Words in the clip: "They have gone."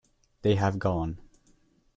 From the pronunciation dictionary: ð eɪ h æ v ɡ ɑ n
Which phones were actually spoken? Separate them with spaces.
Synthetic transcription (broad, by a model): ð eɪ h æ v ɡ ɑ n